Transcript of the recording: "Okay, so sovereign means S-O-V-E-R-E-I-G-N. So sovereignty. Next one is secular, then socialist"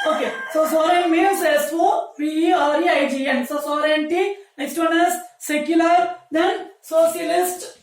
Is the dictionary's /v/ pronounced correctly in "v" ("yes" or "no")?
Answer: no